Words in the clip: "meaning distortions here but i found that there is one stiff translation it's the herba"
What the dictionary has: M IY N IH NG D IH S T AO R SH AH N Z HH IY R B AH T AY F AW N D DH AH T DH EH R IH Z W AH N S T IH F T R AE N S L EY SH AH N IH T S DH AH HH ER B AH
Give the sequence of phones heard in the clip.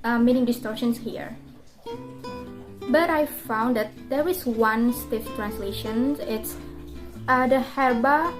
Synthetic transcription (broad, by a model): M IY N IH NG D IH S T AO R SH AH N S HH IY R B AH T AY F AW N D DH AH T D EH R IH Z W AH N S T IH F T R AE N S L EY SH AH N IH T S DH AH HH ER B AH